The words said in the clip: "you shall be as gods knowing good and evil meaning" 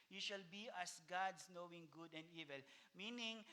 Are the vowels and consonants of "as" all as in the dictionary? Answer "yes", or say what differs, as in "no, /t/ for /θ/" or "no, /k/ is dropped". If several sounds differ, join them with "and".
no, /s/ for /z/